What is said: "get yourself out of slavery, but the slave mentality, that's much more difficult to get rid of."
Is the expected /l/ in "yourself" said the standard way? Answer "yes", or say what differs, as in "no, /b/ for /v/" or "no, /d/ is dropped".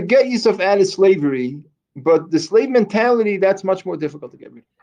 no, /l/ is dropped